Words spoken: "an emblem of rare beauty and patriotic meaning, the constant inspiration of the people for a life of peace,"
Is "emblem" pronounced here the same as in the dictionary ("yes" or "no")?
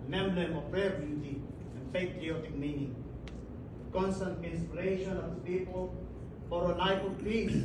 no